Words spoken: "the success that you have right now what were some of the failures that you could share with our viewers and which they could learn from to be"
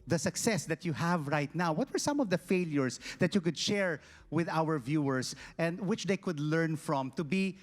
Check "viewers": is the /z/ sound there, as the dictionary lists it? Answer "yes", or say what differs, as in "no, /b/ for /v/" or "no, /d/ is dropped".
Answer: no, /s/ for /z/